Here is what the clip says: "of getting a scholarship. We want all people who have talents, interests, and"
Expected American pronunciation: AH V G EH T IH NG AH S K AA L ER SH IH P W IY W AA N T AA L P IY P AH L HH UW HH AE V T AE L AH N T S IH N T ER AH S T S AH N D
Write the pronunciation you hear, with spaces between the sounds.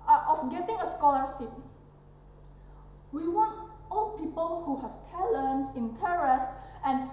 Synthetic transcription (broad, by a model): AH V G EH T IH NG AH S K AA L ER S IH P W IY W AA N T AA L P IY P AH L HH UW HH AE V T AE L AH N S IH N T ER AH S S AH N